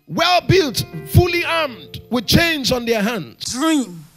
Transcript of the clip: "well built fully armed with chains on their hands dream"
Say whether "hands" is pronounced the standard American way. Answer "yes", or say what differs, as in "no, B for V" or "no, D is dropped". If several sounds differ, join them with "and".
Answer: no, Z is dropped